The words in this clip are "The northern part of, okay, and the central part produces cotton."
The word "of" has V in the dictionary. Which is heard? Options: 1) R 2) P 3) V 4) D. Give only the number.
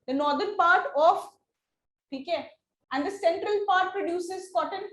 2